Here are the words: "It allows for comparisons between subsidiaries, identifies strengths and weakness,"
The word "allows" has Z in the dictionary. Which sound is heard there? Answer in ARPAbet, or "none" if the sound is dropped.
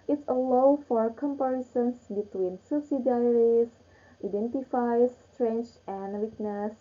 none